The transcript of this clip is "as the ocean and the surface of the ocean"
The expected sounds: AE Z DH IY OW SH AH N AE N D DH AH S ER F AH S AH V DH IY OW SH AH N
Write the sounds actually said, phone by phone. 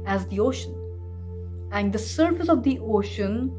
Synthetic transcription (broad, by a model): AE Z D IY OW SH AH N AE N D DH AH S ER F AH S AH V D IY OW SH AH N